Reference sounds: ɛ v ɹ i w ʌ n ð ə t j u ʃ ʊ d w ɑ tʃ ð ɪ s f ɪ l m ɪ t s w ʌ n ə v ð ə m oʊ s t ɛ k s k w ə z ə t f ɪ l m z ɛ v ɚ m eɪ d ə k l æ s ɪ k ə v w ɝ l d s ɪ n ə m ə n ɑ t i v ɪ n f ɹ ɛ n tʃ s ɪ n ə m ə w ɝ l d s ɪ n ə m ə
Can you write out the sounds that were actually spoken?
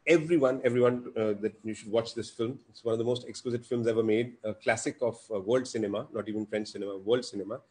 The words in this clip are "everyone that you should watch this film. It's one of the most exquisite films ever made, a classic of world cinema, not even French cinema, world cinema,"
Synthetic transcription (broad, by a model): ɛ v ɹ i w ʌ n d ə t j u ʃ ʊ d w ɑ tʃ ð ɪ s f ɪ l m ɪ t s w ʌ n ə v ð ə m oʊ s t ɛ k s k w ə z ə t f ɪ l m z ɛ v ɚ m eɪ d ə k l æ s ɪ k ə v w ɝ l d s ɪ n ə m ə n ɑ t i v ɪ n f ɹ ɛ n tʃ s ɪ n ə m ə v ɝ l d s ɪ n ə m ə